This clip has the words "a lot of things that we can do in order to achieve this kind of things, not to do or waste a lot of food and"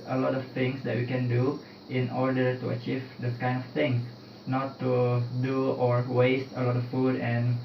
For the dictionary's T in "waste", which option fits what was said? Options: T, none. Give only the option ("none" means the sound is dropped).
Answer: T